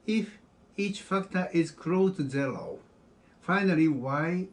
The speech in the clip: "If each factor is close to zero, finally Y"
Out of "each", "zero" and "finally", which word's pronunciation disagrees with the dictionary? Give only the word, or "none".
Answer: zero